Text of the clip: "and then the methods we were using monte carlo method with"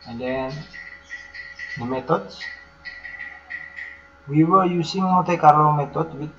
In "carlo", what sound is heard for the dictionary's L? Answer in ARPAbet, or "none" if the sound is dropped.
none